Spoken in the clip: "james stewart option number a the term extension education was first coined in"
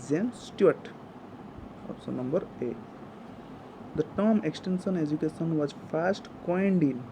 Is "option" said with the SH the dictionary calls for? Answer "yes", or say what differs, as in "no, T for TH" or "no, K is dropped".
no, S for SH